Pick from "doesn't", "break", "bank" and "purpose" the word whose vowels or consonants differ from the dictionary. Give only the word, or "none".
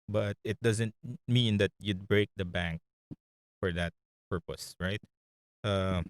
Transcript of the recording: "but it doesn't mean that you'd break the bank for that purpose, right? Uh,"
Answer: none